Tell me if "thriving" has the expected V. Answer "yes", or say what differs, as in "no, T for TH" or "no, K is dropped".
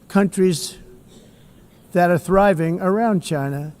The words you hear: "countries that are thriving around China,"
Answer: yes